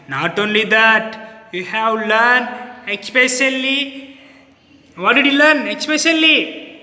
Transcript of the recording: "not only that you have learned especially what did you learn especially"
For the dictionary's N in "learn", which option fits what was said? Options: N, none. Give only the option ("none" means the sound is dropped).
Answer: N